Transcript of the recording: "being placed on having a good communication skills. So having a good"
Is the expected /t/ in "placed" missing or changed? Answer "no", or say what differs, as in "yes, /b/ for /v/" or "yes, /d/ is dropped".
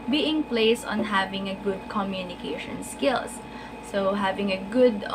yes, /t/ is dropped